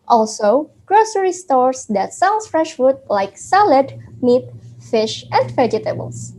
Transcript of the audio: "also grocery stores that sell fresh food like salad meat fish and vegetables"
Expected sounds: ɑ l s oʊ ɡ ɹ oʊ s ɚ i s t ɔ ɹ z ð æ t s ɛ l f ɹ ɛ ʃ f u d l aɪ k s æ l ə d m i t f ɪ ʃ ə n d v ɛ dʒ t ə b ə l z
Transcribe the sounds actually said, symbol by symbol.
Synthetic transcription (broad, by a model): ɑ l s oʊ ɡ ɹ oʊ s ɚ i s t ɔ ɹ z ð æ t s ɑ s f ɹ ɛ ʃ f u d l aɪ k s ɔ l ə d m i t f ɪ ʃ ə n d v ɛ dʒ t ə b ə l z